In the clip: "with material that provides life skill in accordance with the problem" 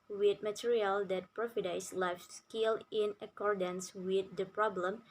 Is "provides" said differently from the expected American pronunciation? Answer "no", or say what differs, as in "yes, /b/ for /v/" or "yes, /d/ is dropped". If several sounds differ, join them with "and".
yes, /f/ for /v/ and /s/ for /z/